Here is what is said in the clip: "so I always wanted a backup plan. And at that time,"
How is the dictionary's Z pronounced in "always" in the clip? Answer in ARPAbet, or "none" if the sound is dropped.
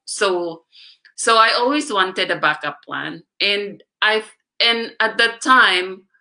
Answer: Z